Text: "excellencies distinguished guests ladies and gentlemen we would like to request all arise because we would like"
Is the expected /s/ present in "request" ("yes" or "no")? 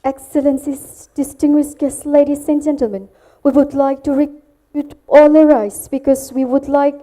no